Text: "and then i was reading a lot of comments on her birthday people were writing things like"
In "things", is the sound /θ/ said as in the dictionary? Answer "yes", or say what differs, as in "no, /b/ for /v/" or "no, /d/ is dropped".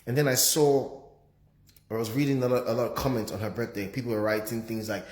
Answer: yes